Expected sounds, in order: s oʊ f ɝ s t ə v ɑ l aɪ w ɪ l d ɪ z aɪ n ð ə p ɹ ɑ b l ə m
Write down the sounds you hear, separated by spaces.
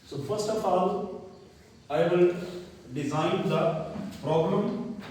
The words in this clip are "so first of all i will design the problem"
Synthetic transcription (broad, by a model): s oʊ f ɝ s t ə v ɑ l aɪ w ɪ l d ɪ z aɪ n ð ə p ɹ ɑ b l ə m